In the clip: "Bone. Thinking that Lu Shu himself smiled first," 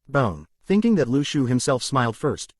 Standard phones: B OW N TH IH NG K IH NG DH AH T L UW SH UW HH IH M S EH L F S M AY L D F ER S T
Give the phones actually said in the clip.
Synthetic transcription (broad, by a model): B OW N TH IH NG K IH NG DH AH T L UW SH UW HH IH M S EH L F S M AY L D F ER S T